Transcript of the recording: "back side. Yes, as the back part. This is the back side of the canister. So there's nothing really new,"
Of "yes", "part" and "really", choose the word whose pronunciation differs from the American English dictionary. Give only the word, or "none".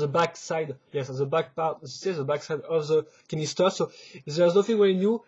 really